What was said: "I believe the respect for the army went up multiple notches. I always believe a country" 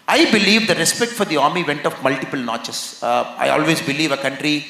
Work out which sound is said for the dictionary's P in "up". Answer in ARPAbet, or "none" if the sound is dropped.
F